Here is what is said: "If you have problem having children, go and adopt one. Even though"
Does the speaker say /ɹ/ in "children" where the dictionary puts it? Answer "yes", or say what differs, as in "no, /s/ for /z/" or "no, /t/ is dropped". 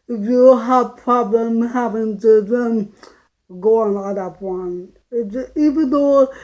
no, /ɹ/ is dropped